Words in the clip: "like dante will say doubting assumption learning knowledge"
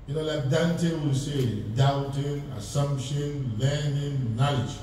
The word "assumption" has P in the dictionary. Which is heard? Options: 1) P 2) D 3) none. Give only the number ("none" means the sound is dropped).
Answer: 1